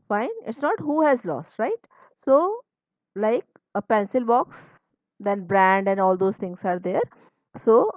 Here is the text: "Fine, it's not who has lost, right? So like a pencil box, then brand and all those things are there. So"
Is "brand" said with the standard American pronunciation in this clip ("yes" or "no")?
yes